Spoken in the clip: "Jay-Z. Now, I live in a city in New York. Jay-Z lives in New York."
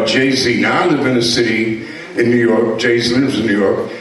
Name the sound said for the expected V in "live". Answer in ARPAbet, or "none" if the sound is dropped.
B